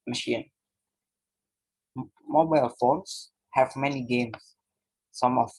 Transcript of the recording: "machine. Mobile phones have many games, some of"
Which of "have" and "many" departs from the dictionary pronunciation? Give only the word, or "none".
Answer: none